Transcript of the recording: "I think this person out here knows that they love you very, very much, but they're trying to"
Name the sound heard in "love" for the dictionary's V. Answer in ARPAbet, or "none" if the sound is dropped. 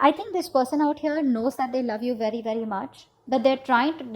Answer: V